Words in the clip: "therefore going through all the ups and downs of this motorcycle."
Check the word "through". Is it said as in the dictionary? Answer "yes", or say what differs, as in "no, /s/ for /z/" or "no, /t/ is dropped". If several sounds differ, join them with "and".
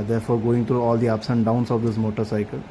no, /t/ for /θ/